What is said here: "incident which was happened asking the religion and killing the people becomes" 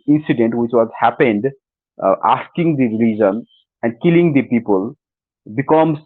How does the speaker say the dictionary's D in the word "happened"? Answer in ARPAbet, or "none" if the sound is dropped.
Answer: D